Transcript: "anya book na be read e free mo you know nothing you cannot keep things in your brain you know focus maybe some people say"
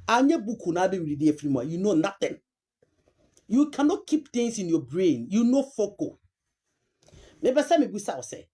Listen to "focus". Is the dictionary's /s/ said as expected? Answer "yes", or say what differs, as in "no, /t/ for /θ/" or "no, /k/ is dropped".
no, /s/ is dropped